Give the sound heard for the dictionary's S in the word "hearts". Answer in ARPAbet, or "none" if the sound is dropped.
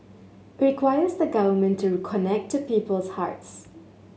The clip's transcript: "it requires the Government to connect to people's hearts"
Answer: S